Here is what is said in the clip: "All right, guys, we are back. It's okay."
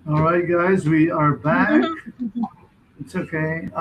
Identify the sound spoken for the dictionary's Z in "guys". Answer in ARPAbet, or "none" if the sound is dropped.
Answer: Z